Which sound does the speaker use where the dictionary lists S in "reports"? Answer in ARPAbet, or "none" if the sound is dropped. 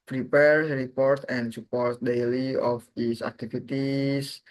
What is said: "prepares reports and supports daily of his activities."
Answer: none